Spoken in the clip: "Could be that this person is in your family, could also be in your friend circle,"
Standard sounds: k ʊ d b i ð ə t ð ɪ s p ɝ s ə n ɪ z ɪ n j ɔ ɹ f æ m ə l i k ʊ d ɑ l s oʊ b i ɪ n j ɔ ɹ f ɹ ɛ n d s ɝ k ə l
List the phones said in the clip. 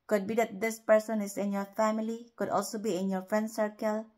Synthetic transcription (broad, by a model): k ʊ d b i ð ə t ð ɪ s p ɝ s ə n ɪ s ɪ n j ɔ ɹ f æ m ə l i k ʊ d ɑ l s oʊ b i ɪ n j ɔ ɹ f ɹ ɛ n d s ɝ k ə l